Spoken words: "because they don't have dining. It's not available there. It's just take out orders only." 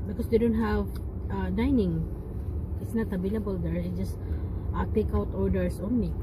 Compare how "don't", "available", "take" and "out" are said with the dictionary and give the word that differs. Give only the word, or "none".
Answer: available